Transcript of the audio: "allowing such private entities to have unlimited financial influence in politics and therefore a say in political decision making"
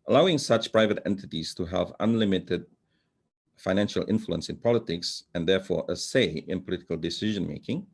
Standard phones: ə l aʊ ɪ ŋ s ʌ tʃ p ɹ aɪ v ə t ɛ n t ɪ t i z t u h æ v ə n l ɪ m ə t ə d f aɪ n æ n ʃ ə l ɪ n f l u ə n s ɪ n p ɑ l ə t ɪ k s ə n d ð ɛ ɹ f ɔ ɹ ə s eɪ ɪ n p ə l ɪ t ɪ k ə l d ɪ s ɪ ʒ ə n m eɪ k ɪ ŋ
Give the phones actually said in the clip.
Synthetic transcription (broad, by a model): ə l aʊ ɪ ŋ s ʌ tʃ p ɹ aɪ v ə t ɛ n t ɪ t i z t u h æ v ə n l ɪ m ə t ə d f aɪ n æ n ʃ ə l ɪ n f l u ə n s ɪ n p ɑ l ə t ɪ k s ə n d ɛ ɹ f ɔ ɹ ə s eɪ ɪ n p ə l ɪ t ɪ k ə l d ɪ s ɪ ʒ ə n m eɪ k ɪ ŋ